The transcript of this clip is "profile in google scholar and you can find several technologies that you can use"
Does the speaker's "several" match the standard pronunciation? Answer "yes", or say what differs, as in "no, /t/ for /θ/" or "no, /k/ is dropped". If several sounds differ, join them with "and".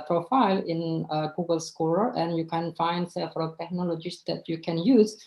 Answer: no, /f/ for /v/